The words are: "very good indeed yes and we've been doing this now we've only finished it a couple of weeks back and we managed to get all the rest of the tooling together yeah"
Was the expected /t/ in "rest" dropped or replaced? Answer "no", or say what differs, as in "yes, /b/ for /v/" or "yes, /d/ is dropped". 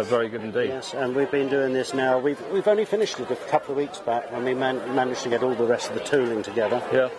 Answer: no